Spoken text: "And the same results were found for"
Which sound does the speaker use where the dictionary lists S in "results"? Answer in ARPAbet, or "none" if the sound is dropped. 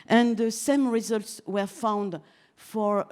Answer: S